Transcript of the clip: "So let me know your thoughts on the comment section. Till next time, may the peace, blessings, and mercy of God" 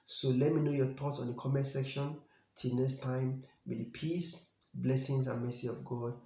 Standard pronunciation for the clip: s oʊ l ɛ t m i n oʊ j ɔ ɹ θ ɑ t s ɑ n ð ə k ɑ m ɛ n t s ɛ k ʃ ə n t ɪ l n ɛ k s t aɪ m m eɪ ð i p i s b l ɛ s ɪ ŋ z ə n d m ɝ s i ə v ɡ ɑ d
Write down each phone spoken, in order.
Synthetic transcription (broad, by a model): s oʊ l ɛ t m i n oʊ j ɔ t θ ɑ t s ɑ n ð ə k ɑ m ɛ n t s ɛ k ʃ ə n t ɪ l n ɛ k s t aɪ m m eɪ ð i p i s b l ɛ s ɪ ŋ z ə n m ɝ s i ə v ɡ ɑ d